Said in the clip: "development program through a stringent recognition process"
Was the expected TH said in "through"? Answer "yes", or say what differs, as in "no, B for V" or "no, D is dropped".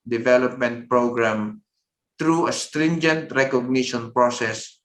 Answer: no, T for TH